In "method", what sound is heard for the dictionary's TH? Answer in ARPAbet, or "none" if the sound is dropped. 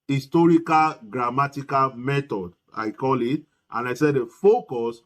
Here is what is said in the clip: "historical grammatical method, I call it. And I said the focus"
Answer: T